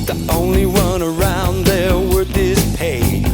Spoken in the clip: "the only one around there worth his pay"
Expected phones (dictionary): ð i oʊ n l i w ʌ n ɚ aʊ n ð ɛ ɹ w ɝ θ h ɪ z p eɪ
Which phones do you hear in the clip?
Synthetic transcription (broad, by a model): ð i oʊ n l i w ʌ n ɚ aʊ n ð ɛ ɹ w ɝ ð ɪ s p eɪ